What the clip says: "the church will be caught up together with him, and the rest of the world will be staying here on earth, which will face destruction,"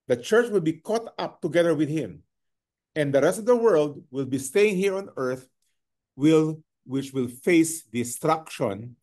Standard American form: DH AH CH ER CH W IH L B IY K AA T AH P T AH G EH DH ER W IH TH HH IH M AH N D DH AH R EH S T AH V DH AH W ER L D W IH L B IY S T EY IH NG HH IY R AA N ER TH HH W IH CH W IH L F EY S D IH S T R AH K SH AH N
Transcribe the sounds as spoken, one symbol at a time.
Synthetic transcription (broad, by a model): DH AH CH ER CH W IH L B IY K AA T AH P T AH G EH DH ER W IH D HH IH M AH N D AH R EH S T AH V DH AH W ER L D W IH L B IY S T EY IH NG HH IY R AA N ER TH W W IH CH W IH L F EY S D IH S T R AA K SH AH N